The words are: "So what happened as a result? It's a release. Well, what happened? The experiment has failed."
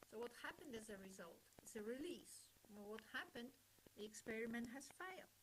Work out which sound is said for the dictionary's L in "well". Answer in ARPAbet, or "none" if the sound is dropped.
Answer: N